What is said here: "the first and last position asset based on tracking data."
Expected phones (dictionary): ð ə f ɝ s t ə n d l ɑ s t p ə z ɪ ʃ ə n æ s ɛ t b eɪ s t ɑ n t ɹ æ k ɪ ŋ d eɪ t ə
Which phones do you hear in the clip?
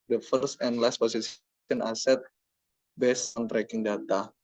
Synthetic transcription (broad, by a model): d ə f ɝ s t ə n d l ɑ s t p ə s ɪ s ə n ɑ s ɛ t b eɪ s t ɑ n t ɹ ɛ k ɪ ŋ d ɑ t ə